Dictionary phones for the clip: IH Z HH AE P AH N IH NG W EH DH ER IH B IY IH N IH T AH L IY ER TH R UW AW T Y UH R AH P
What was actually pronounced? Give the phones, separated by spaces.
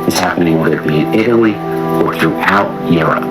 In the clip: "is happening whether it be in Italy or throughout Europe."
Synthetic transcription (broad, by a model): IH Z HH AE P AH N IH NG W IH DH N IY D IH T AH L IY ER TH R UW AW T Y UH R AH P